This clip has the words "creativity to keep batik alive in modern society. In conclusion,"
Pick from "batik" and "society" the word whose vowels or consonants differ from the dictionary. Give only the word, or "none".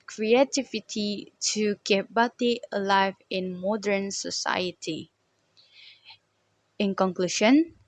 batik